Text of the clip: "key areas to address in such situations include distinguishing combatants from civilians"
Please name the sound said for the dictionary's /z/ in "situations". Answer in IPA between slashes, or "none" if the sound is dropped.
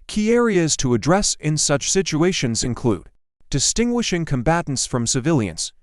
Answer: /z/